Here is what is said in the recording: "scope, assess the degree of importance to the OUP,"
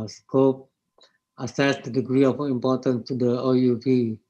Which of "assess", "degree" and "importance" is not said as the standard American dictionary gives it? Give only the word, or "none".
importance